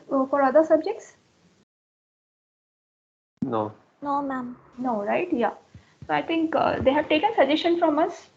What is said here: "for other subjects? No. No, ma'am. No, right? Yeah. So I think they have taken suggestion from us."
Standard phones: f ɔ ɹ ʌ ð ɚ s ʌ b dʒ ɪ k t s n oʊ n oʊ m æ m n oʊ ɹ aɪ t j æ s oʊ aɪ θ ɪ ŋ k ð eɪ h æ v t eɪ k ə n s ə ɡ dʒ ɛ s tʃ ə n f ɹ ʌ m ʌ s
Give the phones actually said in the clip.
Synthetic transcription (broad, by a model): f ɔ ɹ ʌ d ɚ s ʌ b dʒ ɪ k t s n oʊ n oʊ m æ m n oʊ ɹ aɪ t j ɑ s oʊ aɪ t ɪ ŋ k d eɪ h æ v t eɪ k ə n s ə dʒ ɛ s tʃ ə n f ɹ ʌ m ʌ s